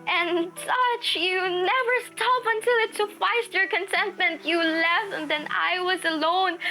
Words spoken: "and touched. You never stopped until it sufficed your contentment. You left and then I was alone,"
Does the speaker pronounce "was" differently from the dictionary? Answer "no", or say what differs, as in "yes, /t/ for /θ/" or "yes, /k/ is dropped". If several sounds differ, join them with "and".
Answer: no